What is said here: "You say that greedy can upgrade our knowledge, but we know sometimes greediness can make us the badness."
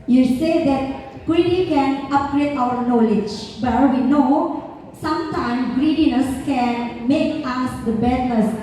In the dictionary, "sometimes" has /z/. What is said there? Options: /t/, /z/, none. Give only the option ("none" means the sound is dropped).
none